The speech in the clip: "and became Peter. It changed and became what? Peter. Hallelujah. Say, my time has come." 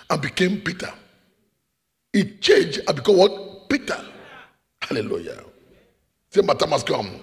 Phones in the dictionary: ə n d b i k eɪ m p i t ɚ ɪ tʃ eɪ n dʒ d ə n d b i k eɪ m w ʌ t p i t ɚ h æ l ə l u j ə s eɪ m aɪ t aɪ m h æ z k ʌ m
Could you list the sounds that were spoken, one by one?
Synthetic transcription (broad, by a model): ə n b i k eɪ m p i t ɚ ɪ tʃ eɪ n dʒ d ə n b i k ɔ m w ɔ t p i t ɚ h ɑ l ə l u j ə s eɪ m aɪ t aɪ m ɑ s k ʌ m